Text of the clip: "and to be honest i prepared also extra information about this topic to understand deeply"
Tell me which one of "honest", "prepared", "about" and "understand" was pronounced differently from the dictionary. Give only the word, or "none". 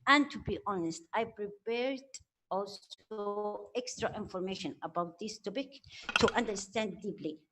none